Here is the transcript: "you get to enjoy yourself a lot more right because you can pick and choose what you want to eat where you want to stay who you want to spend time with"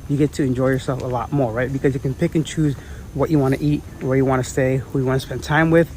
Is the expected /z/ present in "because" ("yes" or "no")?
yes